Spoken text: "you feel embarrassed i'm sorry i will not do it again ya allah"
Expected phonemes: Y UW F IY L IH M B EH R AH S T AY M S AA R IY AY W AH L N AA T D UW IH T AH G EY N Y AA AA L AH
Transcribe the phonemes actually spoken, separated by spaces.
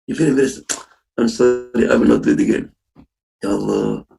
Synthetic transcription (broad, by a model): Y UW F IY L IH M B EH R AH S AY M S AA R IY AY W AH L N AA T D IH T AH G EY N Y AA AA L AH